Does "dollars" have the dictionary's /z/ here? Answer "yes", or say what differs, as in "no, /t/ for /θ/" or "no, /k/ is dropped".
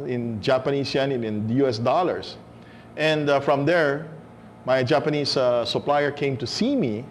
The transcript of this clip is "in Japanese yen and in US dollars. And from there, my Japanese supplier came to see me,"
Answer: no, /s/ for /z/